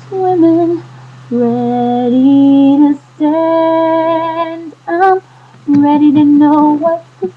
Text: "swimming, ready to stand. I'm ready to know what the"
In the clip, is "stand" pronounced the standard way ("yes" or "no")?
yes